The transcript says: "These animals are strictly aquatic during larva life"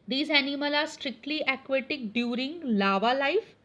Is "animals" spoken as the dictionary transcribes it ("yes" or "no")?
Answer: no